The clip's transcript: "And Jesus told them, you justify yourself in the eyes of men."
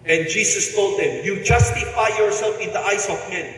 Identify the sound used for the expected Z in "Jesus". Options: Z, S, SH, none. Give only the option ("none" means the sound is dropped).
S